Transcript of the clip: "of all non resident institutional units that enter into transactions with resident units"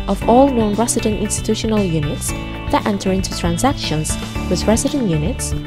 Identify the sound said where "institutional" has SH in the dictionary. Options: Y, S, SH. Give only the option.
SH